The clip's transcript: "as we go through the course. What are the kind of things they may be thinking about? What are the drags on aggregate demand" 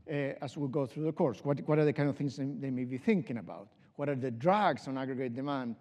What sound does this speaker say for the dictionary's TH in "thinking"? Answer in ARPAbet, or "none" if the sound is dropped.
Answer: TH